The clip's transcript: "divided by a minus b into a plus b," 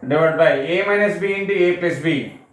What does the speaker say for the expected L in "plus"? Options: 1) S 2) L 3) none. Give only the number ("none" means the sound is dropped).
3